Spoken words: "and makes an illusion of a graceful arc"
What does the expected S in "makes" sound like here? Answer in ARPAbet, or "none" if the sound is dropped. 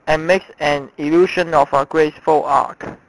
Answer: S